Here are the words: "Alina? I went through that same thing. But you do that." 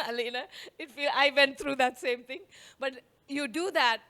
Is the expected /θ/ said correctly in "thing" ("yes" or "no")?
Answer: no